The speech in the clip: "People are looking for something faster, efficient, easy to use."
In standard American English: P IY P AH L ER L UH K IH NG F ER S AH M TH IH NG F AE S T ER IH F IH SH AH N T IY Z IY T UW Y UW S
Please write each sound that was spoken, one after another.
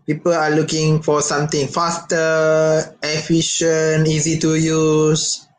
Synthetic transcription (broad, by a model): P IY P AH L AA L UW K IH NG F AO S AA M T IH NG F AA S T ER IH F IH SH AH N IY Z IY T UW Y UW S